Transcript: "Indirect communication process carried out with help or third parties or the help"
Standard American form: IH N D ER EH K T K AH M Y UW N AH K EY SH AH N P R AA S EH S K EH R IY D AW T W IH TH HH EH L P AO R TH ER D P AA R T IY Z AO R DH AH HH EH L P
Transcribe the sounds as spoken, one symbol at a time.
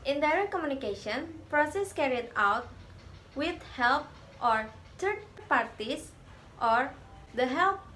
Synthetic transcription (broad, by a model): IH N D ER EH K K AH M Y UW N AH K EY SH AH N P R AA S EH S K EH R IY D AW T W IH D HH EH L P AO R T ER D P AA R T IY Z AO R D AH HH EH L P